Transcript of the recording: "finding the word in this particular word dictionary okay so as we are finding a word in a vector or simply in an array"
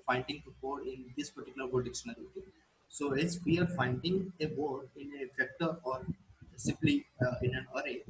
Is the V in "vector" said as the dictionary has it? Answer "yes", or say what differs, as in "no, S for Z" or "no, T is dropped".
no, F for V